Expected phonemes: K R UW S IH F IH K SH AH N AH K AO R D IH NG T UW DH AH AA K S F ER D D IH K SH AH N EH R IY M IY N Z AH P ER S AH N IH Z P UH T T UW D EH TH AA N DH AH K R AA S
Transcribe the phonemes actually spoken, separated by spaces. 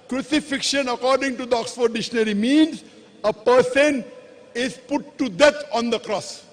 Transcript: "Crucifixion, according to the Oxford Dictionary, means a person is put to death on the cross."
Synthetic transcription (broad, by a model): K R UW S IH F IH K SH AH N AH K AO R D IH NG T UW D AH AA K S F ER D D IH SH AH N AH R IY M IY N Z AH P ER S AH N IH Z P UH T T UW D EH T AA N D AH K R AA S